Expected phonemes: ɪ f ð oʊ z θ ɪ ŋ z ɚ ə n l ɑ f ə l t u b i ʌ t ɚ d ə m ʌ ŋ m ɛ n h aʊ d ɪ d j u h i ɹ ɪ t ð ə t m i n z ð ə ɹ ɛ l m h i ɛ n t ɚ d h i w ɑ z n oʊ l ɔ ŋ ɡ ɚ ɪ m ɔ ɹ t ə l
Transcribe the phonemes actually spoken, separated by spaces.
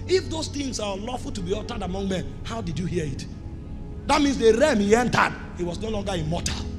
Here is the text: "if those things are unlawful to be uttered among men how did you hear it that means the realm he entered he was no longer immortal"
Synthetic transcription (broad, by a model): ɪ f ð oʊ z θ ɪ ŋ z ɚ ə l ɑ f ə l t u b i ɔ t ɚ d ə m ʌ ŋ m ɛ n h aʊ d ɪ d j u h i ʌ ɪ t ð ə t m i n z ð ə ɹ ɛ m h i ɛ n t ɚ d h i w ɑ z n oʊ l ɔ ŋ ɡ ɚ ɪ m ɔ t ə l